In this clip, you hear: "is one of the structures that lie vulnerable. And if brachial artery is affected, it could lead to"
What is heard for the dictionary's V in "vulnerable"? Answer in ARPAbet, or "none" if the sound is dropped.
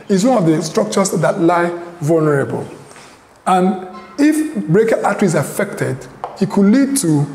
V